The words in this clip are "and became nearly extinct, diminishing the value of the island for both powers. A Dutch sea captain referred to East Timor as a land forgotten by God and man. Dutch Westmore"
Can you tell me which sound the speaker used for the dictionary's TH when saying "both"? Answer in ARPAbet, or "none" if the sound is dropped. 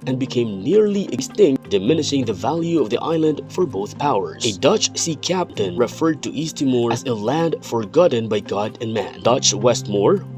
TH